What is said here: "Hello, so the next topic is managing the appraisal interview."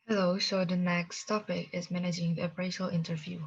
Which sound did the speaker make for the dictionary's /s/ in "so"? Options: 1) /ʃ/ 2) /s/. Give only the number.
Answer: 1